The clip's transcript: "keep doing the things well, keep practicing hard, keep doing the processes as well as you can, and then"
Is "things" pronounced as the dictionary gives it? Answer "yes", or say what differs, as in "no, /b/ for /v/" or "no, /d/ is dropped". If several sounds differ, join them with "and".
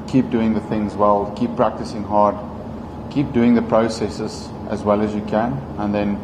yes